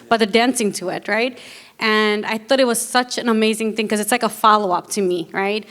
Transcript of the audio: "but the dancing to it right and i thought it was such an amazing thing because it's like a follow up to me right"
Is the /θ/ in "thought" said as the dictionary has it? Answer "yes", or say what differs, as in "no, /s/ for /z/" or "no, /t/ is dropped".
yes